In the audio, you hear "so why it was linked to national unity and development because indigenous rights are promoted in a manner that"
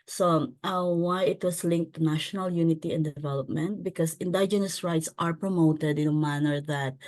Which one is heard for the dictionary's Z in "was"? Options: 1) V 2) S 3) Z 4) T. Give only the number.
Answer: 2